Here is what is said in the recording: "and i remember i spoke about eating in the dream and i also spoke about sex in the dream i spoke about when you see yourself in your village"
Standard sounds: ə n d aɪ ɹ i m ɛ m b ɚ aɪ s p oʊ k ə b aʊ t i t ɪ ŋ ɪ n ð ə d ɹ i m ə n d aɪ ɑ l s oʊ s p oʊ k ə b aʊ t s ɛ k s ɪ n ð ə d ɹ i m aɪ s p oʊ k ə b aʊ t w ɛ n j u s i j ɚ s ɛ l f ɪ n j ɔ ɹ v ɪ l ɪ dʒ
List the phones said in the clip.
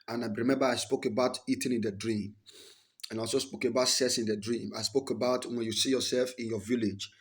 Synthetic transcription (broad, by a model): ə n aɪ ɹ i m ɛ m b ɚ aɪ s p oʊ k ə b aʊ t i t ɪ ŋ ɪ n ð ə d ɹ i m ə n aɪ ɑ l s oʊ s p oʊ k ə b aʊ t s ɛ s ɪ n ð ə d ɹ i m aɪ s p oʊ k ə b aʊ t w ɛ n j u s i j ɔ s ɛ l f ɪ n j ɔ v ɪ l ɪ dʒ